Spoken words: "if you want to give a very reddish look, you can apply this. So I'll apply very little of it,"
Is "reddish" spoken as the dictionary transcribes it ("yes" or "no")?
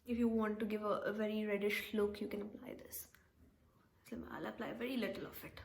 yes